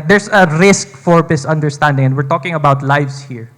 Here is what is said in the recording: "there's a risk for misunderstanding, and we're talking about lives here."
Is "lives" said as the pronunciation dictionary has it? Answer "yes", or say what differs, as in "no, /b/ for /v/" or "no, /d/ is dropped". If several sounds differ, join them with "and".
no, /s/ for /z/